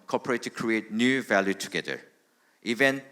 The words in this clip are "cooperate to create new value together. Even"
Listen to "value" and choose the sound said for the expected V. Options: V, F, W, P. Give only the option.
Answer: V